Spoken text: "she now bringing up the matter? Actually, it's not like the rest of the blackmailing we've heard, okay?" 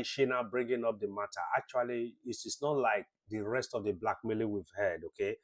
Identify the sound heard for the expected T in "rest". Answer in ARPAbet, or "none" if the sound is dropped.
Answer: T